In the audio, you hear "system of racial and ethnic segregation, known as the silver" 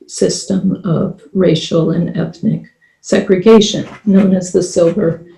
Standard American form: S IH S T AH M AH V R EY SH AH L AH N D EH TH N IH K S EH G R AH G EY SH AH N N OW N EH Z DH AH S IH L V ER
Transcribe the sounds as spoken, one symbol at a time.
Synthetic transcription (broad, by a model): S IH S T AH M AH V R EY SH L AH N EH TH N IH K S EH G R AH G EY SH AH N N OW N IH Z DH AH S IH L V ER